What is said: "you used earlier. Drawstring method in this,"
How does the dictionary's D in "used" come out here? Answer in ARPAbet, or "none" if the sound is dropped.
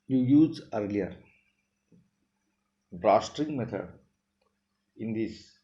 none